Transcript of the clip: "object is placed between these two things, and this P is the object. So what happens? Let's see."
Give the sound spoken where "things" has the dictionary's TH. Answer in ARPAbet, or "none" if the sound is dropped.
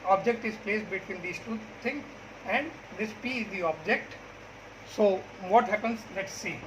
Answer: T